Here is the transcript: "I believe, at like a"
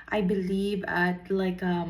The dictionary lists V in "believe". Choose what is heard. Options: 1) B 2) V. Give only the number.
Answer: 2